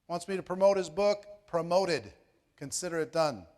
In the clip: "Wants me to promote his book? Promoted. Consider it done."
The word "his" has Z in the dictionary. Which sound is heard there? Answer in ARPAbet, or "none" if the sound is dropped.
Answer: Z